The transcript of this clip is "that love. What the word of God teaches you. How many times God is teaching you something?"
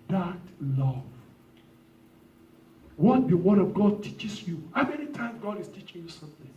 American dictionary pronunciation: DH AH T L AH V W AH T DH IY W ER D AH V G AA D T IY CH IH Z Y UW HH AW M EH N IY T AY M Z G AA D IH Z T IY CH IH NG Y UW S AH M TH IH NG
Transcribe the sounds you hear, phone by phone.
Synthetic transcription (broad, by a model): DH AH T L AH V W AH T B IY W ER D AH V G AA D T IY CH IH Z Y UW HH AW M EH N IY T AY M G AA D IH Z T IY CH IH NG Y UW S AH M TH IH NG